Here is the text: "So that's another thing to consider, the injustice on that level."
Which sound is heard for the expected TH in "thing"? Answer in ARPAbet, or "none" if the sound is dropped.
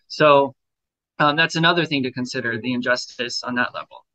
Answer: TH